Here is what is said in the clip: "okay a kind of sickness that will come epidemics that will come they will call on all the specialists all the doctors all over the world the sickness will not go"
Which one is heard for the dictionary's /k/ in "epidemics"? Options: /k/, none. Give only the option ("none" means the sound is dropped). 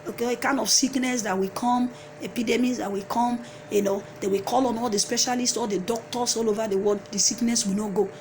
none